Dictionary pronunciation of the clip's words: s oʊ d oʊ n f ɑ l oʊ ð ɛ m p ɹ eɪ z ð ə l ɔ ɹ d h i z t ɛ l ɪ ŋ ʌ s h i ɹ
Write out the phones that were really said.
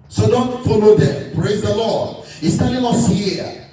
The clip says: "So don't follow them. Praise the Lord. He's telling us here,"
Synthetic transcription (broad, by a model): s oʊ d oʊ n f ɑ l oʊ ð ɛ m p ɹ eɪ z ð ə l ɔ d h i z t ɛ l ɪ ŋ ʌ s h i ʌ